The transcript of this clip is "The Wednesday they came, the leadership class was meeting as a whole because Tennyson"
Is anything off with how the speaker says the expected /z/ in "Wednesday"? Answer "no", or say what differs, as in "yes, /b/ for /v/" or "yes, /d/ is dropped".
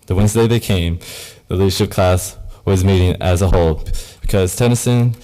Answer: no